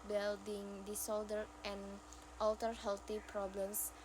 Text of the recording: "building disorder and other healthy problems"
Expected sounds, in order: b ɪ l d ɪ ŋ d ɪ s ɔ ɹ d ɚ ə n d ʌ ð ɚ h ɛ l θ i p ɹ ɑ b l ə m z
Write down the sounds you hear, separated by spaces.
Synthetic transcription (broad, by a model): b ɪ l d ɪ ŋ d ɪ s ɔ l d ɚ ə n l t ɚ h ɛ l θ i p ɹ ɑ b l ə m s